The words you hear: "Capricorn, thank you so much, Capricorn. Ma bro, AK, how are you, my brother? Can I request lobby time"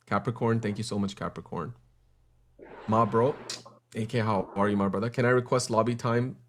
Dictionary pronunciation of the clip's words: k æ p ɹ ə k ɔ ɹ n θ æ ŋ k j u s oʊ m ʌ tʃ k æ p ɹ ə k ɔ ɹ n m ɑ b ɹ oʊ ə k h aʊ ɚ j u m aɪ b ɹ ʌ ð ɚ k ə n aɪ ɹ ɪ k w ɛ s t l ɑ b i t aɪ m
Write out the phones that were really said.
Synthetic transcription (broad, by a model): k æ p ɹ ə k ɔ ɹ n θ æ ŋ k j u s oʊ m ʌ tʃ k æ p ɹ ə k ɔ ɹ n m ɑ b ɹ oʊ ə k h aʊ ɚ j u m aɪ b ɹ ʌ ð ɚ k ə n aɪ ɹ ɪ k w ɛ s t l ɑ b i t aɪ m